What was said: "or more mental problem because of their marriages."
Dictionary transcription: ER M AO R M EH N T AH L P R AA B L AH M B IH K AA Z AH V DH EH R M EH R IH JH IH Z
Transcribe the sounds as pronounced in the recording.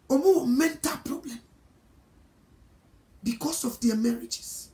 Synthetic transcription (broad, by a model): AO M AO W M EH N T AH L P R AA B L AH M B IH K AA S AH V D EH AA M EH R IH JH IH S